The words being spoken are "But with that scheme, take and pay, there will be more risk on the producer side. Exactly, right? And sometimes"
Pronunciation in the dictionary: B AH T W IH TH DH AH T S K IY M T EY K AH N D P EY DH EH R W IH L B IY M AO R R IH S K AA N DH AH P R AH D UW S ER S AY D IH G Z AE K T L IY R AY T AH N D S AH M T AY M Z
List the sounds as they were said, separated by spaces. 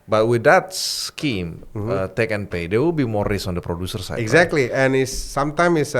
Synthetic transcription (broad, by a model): B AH T W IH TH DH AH T S K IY M T EY K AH N P EY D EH W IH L B IY M AO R R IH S AA N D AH P R AH D UW S ER S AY IH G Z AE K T L IY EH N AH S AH M T AY M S